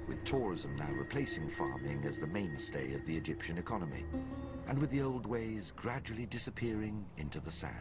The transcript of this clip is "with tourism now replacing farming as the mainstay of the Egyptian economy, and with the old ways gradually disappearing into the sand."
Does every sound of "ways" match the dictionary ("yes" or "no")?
yes